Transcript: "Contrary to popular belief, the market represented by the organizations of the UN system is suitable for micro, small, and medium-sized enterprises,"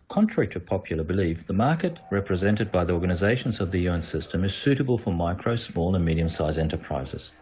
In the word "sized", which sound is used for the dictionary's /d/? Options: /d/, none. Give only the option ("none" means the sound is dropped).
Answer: none